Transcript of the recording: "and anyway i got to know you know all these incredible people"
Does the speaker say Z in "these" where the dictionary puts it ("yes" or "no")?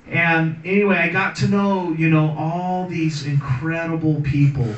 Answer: yes